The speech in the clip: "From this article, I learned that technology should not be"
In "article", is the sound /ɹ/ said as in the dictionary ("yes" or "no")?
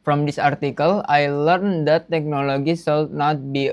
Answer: yes